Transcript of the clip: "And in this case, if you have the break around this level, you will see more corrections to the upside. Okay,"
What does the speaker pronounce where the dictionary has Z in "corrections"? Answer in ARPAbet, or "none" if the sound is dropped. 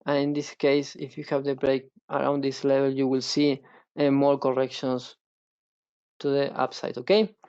S